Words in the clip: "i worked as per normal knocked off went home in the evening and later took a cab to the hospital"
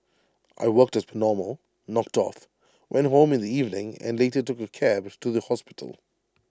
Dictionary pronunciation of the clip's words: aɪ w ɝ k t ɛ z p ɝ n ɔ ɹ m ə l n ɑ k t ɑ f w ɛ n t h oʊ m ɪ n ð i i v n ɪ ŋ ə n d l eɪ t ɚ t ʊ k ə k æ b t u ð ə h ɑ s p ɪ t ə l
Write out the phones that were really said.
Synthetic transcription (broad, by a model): aɪ w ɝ k t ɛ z p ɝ n ɔ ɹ m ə l n ɑ k t ɑ f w ɛ n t h oʊ m ɪ n ð i i v n ɪ ŋ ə n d l eɪ t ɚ t ʊ k ə k æ b t u ð ə h ɑ s p ɪ t ə l